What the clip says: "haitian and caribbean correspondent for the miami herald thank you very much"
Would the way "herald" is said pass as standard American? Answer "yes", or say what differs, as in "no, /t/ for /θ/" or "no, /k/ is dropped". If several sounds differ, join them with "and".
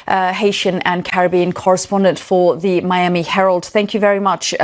yes